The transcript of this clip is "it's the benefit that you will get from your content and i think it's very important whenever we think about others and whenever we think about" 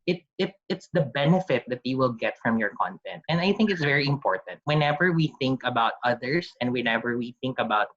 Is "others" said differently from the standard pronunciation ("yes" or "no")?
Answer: yes